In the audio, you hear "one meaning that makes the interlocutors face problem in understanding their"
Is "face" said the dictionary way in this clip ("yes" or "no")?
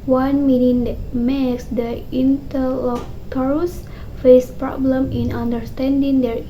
yes